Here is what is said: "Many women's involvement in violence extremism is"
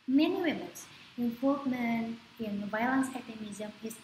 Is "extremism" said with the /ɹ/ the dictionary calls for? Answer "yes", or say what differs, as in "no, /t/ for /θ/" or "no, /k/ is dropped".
no, /ɹ/ is dropped